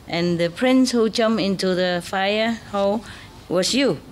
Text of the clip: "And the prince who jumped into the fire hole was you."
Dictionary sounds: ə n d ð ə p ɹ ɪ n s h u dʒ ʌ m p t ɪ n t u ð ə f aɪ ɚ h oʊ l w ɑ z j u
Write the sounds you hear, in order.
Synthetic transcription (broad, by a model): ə n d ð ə p ɹ ɪ n s h u dʒ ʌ m ɪ n t u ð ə f aɪ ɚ h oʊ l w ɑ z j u